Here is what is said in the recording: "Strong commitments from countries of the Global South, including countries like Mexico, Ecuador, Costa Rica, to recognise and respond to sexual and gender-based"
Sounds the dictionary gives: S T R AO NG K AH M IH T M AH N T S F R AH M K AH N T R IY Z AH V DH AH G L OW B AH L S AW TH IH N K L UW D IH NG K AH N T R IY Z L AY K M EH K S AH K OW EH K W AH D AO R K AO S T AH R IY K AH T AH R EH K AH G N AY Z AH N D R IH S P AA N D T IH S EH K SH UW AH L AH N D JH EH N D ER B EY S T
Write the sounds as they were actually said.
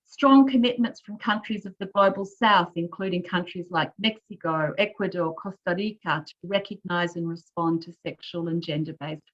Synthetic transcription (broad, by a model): S T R AO NG K AH M IH T M AH N T S F R AH M K AH N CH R IY Z AH V DH AH G L OW B AH L S AW TH IH N K L UW D IH NG K AH N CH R IY Z L AY K M EH K S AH K OW EH K W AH D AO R K AO S T AH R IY K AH T AH R EH K AH G N AY Z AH N R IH S P AA N T IH S EH K SH UW AH L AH N JH EH N D ER B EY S